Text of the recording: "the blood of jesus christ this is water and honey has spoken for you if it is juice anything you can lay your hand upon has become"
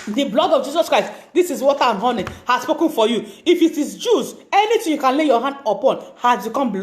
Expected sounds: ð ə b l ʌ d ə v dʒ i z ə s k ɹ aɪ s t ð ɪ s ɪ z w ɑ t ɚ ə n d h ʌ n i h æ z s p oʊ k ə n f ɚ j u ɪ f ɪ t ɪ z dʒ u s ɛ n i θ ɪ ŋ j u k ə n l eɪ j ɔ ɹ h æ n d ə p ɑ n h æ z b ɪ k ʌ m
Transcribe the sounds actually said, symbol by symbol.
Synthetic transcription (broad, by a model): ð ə b l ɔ d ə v dʒ i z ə s k ɹ aɪ s t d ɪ s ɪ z w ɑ t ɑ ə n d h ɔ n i h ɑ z s p oʊ k ə n f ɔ j u ɪ f ɪ t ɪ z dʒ u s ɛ n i t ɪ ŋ j u k ə n l eɪ j ɔ h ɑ n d ə p ɑ n h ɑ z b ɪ k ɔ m